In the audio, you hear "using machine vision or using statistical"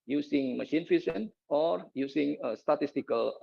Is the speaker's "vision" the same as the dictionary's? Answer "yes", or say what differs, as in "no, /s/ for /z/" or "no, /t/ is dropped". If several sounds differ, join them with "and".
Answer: no, /f/ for /v/